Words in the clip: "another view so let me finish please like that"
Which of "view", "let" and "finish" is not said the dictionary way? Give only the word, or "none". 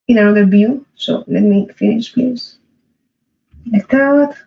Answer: view